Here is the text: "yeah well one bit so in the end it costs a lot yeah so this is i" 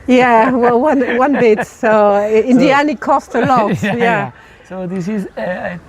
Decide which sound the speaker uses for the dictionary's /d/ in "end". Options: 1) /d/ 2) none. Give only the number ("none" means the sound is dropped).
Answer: 2